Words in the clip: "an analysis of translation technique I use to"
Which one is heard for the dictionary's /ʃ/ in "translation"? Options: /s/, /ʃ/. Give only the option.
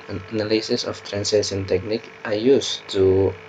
/s/